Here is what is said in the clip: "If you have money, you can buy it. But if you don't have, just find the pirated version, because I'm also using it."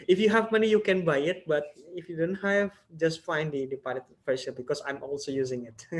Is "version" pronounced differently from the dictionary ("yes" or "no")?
yes